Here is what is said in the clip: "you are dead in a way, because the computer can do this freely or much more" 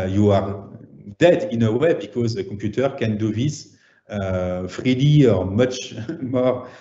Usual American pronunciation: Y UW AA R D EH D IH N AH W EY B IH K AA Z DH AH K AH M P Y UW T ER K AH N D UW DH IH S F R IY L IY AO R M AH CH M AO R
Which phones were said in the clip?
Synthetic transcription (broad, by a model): Y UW AA R D EH D IH N AH W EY B IH K AA Z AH K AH P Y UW T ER K AH N D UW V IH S F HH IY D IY AO R M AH CH M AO R